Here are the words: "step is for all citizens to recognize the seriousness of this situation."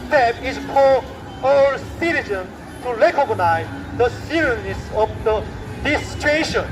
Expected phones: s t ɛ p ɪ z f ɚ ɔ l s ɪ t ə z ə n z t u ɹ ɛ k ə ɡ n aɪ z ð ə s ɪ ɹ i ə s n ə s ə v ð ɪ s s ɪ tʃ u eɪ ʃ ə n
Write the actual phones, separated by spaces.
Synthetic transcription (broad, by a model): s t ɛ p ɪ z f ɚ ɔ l s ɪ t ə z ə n t u l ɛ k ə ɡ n aɪ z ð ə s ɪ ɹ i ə n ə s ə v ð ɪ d s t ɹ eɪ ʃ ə n